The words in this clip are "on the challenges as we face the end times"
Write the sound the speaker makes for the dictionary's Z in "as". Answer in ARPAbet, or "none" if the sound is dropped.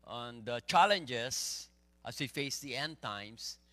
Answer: S